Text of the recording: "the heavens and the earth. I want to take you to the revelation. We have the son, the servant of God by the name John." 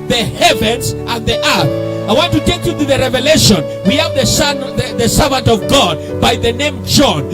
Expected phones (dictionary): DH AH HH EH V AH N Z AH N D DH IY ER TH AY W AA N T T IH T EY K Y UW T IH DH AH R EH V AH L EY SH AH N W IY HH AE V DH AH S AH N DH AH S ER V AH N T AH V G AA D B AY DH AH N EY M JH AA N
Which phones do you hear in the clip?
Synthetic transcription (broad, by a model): DH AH HH EH V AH N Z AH N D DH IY ER TH AY W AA N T T IH T EY K Y UW T IH DH AH R EH V AH L EY SH AH N W IY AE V DH AH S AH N DH AH S ER V AH N T AH V G AA D B AY DH AH N EY M JH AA N